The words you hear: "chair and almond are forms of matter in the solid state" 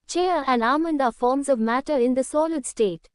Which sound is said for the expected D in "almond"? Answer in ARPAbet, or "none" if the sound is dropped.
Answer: D